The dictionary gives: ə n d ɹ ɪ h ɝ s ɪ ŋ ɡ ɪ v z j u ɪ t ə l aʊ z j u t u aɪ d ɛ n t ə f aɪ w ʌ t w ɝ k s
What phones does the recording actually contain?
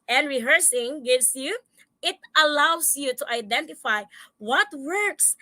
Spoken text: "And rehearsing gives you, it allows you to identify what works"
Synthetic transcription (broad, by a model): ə n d ɹ ɪ h ɝ s ɪ ŋ ɡ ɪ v s j u ɪ t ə l aʊ s j u t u aɪ d ɛ n t ə f aɪ w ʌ t w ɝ k s